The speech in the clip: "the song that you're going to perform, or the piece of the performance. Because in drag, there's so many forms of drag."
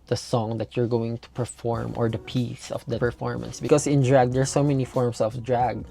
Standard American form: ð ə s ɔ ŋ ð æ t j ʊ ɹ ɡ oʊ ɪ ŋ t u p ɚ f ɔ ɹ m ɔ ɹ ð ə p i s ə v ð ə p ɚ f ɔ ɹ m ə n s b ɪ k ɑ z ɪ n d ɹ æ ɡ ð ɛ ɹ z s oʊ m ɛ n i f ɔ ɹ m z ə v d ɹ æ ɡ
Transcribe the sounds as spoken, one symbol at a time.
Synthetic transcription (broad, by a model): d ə s ɔ ŋ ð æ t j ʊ ɹ ɡ oʊ ɪ ŋ t u p ɚ f ɔ ɹ m ɔ ɹ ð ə p i s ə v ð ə p ɚ f ɔ ɹ m ə n s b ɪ k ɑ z ɪ n d ɹ æ ɡ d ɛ ɹ s oʊ m ɛ n i f ɔ ɹ m s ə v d ɹ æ ɡ